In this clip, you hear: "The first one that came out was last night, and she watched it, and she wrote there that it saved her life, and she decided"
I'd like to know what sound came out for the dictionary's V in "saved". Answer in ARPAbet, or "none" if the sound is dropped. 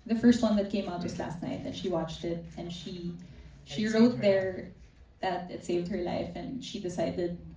V